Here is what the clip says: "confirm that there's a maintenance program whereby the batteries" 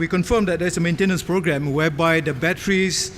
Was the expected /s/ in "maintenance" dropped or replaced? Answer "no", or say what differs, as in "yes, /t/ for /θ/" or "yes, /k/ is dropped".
no